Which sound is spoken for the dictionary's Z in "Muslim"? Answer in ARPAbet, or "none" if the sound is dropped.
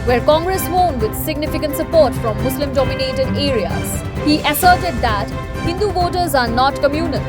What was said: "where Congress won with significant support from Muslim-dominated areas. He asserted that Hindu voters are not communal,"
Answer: S